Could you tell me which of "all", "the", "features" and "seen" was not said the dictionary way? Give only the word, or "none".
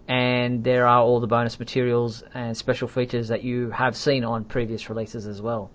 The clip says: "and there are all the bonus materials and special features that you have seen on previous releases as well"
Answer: none